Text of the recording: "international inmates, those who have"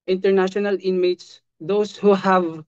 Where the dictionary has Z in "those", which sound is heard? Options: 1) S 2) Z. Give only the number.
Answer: 1